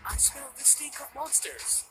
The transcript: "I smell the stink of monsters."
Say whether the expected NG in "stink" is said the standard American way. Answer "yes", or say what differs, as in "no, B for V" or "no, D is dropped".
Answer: no, NG is dropped